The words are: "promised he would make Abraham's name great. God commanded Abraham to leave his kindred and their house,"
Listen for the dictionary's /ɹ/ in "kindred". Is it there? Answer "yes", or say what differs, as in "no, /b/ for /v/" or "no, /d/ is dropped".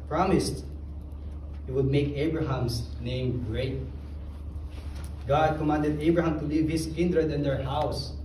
yes